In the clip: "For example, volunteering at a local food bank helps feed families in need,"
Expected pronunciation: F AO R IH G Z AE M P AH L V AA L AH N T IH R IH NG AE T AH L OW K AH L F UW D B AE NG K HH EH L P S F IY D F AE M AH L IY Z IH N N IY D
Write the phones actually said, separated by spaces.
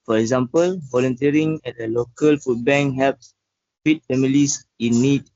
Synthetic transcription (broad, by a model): F AO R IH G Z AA M P AH L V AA L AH N T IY R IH NG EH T AH L OW K AH L F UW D B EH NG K HH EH P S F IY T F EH M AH L IY S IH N N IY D